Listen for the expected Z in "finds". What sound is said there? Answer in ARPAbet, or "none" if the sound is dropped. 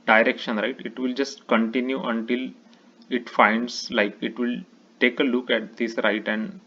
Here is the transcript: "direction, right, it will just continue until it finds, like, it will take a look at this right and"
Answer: S